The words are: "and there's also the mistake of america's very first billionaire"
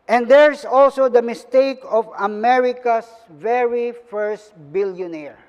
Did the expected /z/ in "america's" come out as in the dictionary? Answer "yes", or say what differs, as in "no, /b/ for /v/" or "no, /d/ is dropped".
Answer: no, /s/ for /z/